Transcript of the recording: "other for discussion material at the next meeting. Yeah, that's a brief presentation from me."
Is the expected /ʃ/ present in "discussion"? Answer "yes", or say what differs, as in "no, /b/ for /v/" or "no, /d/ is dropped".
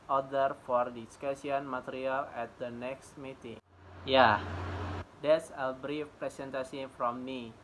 no, /s/ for /ʃ/